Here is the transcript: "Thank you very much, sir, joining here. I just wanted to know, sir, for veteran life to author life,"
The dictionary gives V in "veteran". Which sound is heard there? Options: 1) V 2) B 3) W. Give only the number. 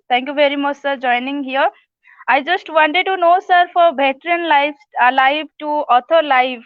2